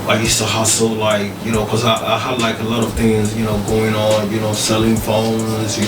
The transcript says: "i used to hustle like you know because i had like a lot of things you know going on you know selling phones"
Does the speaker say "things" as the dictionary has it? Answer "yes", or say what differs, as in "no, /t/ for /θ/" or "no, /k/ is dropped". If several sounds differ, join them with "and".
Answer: yes